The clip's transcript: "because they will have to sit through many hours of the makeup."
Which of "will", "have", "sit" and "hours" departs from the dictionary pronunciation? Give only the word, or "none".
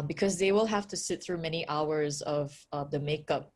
have